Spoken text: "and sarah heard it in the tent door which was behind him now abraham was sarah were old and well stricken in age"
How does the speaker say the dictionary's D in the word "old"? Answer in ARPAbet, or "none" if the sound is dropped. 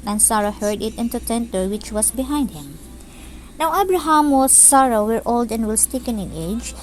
D